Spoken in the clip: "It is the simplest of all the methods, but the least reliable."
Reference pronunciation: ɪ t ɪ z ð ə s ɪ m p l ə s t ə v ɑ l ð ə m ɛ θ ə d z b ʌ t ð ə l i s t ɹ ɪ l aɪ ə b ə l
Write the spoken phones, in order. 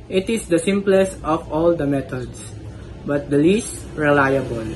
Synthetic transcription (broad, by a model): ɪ t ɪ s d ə s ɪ m p l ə s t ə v ɑ l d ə m ɛ t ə d s b ʌ t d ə l i s t ɹ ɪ l aɪ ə b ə l